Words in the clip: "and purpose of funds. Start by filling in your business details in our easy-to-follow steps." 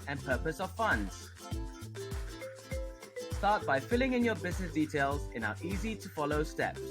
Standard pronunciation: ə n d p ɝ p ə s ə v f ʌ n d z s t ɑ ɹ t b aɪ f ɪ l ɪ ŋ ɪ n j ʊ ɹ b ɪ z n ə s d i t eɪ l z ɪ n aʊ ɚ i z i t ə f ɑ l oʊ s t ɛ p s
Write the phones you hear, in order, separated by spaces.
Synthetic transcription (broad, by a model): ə n p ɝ p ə s ə v f ʌ n d z s t ɑ t b aɪ f ɪ l ɪ ŋ ɪ n j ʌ b ɪ z n ə s d i t eɪ l z ɪ n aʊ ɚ i z i t ə f ɑ l oʊ s t ɛ p